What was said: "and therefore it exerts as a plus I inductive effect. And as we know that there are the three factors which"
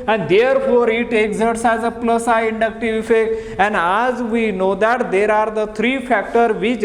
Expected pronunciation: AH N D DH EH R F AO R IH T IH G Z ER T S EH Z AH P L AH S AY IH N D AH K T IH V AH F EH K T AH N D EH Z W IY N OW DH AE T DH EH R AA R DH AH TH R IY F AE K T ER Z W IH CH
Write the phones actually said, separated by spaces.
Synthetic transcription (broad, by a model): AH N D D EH R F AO R IH T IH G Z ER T S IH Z AH P L AH S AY IH N D AH K T IH V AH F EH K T AH N D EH Z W IY N OW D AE T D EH R AA R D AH T R IY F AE K T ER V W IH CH